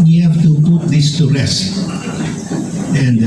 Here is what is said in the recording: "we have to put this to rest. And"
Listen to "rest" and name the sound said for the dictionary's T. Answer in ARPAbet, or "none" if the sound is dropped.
none